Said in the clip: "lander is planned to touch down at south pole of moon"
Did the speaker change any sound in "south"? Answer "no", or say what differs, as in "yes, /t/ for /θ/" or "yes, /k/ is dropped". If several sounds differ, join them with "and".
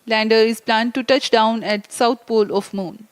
yes, /t/ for /θ/